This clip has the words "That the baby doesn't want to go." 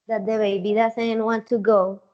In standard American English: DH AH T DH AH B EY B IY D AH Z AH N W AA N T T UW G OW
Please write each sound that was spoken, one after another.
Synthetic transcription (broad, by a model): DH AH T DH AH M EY B IY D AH S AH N W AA N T T UW G OW